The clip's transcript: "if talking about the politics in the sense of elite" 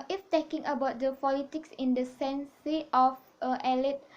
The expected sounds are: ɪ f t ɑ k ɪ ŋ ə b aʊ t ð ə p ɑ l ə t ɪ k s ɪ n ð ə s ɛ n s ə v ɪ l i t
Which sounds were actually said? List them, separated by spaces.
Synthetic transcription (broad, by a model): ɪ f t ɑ k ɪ ŋ ə b aʊ t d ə p ɑ l ə t ɪ k s ɪ n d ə s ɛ n s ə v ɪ l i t